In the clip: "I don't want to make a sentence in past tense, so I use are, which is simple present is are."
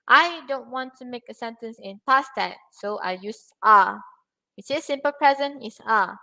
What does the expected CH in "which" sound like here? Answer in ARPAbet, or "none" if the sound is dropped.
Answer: S